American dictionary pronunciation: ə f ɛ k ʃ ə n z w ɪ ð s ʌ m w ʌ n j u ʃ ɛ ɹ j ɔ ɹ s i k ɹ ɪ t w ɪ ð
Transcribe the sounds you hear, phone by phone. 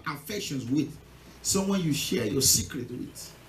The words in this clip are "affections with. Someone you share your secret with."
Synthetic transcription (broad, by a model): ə f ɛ k ʃ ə n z w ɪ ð s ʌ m w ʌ n j u ʃ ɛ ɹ j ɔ s i k ɹ ɪ t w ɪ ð